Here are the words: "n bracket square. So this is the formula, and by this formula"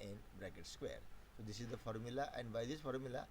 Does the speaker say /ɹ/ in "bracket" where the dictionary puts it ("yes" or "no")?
yes